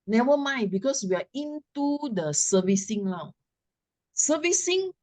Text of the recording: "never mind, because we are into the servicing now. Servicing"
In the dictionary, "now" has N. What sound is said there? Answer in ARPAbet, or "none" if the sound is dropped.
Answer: L